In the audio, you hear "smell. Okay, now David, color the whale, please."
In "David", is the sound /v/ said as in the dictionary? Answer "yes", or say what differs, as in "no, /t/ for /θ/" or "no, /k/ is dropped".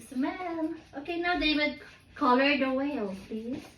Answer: no, /w/ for /v/